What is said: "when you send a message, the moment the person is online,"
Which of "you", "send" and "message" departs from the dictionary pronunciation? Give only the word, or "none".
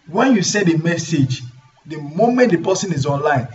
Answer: send